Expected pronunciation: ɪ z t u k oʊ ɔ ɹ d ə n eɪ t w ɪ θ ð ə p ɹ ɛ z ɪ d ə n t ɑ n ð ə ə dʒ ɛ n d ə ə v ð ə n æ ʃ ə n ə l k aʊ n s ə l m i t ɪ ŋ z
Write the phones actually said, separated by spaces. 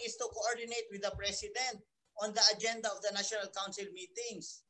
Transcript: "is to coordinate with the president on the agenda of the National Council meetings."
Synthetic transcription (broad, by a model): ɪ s t u k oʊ ɔ ɹ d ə n eɪ t w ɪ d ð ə p ɹ ɛ s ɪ d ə n t ɑ n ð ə ə dʒ ɛ n d ə ə v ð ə n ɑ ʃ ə n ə l k aʊ n s ə l m i t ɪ ŋ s